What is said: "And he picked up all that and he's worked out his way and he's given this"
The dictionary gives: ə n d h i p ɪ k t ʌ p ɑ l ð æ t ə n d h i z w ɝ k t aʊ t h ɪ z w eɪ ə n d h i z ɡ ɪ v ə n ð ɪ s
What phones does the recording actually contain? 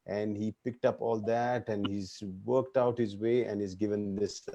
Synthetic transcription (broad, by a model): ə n d h i p ɪ k t ʌ p ɑ l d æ t ə n d h i z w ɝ k t aʊ t h ɪ z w eɪ ə n d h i z ɡ ɪ v ə n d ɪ s